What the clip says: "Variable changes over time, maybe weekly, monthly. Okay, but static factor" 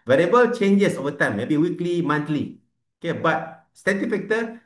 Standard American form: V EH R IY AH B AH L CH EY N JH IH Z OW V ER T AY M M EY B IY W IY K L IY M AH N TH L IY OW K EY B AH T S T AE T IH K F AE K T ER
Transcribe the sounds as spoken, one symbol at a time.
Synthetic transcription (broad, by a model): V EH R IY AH B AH L CH EY N JH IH S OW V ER T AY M M EY B IY W IY K L IY M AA N T L IY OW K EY B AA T S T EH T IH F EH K T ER